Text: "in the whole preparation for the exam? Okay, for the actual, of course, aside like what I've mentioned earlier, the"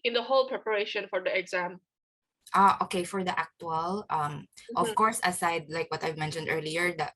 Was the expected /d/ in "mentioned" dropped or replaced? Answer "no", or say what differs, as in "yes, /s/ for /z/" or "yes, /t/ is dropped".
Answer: no